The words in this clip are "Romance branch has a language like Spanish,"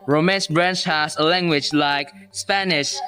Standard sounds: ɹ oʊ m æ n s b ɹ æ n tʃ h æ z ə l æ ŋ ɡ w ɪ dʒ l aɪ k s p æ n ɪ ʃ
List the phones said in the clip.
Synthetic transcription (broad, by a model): ɹ oʊ m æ n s b ɹ æ n tʃ h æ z ə l æ ŋ ɡ w ɪ dʒ l aɪ k s p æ n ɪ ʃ